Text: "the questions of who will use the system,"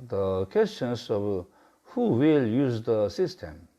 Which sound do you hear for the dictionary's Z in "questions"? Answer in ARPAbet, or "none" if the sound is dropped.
S